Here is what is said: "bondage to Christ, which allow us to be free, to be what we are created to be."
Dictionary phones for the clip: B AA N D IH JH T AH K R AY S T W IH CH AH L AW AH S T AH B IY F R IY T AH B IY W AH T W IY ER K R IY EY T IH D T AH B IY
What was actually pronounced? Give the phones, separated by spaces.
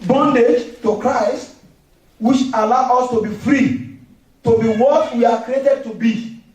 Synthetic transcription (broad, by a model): B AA N D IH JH T AH K R AY S T W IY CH AH L AW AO S T AH B IY F R IY T AH B IY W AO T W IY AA K R IY EY T IH D T AH B IY